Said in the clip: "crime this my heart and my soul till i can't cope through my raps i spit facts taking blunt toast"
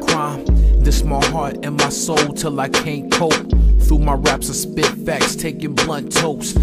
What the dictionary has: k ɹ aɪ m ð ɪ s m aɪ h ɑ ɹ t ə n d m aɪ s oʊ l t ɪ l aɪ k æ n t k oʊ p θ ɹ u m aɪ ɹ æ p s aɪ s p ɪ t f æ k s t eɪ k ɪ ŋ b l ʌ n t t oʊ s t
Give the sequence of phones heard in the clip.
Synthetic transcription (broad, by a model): k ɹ aɪ m ð ɪ s m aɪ h ɑ ɹ t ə n m aɪ s oʊ l t ɪ l aɪ k æ n k oʊ p θ ɹ u m aɪ ɹ æ p s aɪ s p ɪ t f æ k s t eɪ k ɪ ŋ b l ʌ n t t oʊ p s